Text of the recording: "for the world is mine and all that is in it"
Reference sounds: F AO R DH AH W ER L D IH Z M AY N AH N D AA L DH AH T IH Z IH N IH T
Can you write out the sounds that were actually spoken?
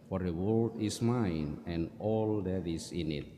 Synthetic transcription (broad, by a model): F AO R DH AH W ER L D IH S M AY N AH N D AA L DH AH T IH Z IH N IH T